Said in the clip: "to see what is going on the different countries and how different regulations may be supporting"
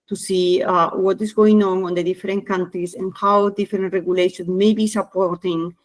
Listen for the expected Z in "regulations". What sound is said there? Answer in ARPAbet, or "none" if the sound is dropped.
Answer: none